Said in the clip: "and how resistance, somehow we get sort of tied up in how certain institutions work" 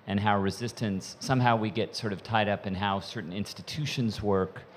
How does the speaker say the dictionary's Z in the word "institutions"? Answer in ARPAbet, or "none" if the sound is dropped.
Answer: Z